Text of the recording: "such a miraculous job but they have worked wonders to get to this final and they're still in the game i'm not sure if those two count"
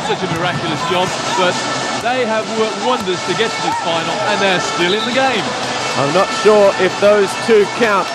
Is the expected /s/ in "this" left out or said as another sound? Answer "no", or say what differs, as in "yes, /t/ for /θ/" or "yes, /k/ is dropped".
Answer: yes, /s/ is dropped